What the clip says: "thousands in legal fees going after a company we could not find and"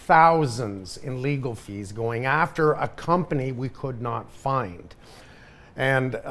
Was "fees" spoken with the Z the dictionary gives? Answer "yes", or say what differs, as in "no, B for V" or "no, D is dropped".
yes